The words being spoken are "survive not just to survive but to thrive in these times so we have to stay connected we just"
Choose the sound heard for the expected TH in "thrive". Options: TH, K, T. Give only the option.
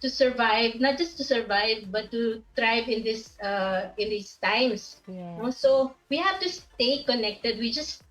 T